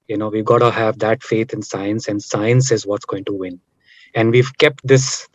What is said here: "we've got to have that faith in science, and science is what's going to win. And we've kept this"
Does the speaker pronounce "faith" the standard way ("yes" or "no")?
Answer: no